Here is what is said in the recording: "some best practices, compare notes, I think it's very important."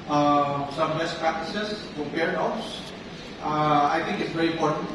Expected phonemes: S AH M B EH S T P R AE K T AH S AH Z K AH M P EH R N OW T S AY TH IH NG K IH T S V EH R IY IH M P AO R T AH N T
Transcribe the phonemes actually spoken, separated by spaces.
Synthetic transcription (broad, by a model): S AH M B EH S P R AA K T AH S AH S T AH P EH R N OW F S AY T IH NG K IH T S V EH R IY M P AO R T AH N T